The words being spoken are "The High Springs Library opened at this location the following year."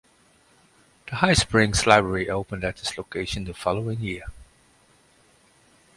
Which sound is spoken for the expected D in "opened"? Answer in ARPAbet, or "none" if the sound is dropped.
D